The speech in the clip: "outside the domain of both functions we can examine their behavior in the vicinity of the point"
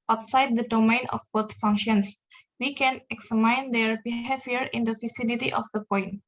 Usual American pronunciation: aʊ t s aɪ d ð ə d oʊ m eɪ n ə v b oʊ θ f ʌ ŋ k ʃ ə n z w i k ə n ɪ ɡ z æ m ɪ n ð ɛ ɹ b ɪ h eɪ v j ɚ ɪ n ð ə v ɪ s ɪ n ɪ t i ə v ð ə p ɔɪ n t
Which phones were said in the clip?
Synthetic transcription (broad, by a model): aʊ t s aɪ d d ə d oʊ m eɪ n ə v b oʊ t f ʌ ŋ k ʃ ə n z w i k ə n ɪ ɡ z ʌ m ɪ n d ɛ ɹ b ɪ h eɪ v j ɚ ɪ n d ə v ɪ s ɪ l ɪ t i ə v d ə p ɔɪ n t